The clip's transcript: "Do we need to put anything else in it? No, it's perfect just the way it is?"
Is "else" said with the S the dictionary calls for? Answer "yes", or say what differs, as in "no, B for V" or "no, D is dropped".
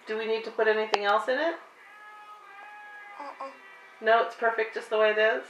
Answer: yes